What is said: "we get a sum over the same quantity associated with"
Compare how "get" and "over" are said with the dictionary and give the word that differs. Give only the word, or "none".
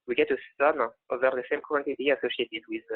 none